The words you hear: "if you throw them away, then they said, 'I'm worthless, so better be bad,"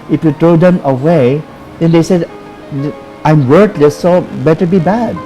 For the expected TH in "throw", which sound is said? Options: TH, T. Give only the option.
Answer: T